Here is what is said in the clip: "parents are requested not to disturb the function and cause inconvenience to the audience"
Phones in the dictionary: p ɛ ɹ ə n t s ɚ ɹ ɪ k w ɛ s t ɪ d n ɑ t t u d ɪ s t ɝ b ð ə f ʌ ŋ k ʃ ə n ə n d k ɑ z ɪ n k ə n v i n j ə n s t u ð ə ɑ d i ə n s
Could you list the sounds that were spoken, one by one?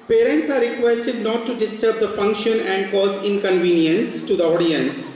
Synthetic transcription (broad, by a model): p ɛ ɹ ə n t s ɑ ɹ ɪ k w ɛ s t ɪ d n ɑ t t u d ɪ s t ɝ b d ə f ʌ ŋ k ʃ ə n ə n d k ɑ z ɪ n k ə n v i n j ə n s t u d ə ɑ d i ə n s